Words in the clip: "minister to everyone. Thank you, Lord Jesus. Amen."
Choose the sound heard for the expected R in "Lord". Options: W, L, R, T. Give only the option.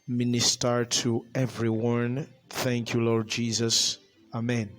R